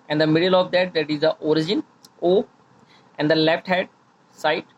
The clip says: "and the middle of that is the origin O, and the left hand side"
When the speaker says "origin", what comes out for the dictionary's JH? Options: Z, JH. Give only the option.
JH